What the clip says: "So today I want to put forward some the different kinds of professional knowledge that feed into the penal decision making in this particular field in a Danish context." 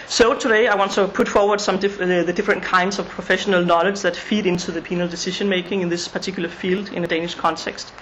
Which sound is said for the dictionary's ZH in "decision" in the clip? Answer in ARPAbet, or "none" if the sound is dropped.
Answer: SH